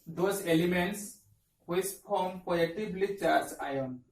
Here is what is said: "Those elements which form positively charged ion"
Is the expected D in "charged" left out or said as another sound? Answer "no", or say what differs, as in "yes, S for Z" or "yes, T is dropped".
yes, D is dropped